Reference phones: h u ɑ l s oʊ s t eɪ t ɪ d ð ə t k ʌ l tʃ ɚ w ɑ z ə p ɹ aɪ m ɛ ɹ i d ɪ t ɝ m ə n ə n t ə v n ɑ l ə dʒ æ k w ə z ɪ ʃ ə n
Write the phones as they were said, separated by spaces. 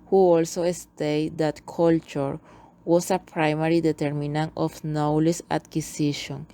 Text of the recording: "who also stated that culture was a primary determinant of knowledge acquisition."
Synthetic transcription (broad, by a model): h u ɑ l s oʊ s t eɪ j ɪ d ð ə t k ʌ l tʃ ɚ w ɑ s ə p ɹ aɪ m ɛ ɹ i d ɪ t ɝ m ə n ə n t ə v n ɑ l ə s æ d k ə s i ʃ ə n